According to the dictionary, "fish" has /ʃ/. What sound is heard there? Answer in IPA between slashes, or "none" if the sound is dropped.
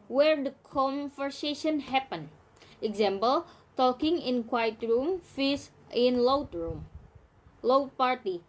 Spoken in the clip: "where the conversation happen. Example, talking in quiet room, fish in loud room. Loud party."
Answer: /s/